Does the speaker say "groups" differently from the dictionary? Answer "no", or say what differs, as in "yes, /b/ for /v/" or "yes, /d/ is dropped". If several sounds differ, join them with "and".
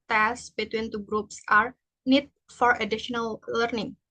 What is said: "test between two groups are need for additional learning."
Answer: no